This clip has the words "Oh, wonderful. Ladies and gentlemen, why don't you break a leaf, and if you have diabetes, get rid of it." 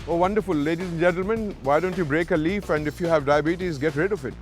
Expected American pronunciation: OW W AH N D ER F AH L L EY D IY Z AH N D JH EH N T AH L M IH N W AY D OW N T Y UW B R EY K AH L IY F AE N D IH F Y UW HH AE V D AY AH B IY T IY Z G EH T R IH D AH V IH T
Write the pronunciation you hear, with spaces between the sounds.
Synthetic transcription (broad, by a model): OW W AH N D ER F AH L L EY D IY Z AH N JH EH N T L M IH N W AY D OW N T Y UW B R EY K AH L IY F AE N D IH F Y UW HH AE V D AY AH B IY T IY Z G EH T R IH D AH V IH T